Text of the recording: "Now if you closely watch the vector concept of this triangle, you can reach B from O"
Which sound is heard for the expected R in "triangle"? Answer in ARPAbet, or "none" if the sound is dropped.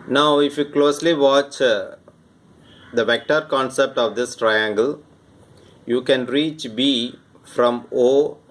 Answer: R